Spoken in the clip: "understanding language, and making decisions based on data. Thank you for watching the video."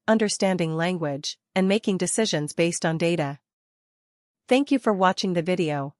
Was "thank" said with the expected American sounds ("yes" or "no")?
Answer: yes